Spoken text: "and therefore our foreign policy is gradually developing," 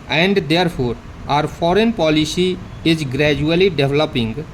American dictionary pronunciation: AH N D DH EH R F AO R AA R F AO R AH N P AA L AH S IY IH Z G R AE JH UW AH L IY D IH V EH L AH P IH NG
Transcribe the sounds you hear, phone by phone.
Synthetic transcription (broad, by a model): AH N D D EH R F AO R AA R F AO R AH N P AA L AH S IY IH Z G R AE JH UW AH L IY D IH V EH L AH P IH NG